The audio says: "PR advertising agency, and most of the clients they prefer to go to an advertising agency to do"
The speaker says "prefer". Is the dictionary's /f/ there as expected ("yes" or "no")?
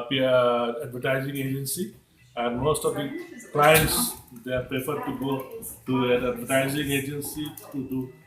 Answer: no